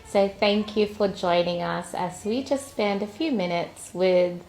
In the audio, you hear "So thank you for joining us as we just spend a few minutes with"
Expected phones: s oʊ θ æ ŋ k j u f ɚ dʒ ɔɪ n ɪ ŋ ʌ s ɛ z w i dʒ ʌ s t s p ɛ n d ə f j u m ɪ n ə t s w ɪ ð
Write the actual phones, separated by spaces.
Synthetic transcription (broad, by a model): s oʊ θ æ ŋ k j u f ɚ dʒ ɔɪ n ɪ ŋ ʌ s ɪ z w i dʒ ʌ s t s p ɛ n d ə f j u m ɪ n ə t s w ɪ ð